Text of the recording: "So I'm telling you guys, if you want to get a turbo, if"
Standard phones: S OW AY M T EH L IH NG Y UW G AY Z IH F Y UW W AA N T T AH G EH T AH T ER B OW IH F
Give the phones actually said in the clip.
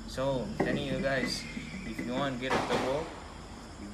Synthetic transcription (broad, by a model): S OW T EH N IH Y UW G AY Z IH F Y UW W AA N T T G EH T AH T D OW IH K